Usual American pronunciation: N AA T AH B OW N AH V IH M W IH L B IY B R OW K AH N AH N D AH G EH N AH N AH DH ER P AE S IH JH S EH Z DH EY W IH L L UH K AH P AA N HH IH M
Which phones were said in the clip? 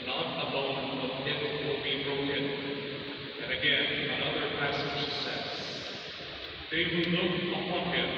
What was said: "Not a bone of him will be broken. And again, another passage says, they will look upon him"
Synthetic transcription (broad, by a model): N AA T AH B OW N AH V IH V W IH L B IY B R OW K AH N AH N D AH G EH N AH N AH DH ER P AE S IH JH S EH S DH EY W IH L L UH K AH P AA N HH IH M